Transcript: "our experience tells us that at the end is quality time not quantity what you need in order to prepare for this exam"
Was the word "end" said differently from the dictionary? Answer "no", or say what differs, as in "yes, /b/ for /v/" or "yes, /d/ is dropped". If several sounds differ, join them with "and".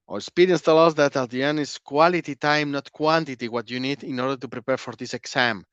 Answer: yes, /d/ is dropped